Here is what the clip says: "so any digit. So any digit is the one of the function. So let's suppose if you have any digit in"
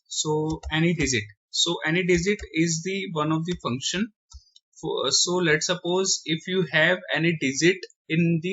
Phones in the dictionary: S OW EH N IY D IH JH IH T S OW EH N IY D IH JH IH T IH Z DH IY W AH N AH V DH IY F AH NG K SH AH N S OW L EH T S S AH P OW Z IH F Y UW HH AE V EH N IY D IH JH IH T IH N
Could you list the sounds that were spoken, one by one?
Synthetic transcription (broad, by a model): S OW EH N IY D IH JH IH T S OW EH N IY D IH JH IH T IH Z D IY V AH N AH V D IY F AH NG K SH AH N S OW L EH T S S AH P OW Z IH F Y UW HH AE V EH N IY D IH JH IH T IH N